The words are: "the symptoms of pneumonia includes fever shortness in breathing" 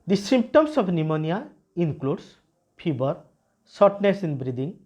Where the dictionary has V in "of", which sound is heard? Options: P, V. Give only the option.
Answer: P